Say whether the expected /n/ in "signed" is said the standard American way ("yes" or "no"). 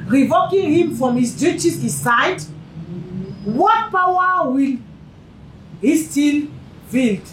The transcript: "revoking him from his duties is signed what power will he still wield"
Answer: no